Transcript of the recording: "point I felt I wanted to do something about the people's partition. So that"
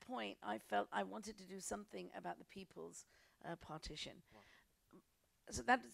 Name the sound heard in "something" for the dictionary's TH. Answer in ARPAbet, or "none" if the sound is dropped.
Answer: TH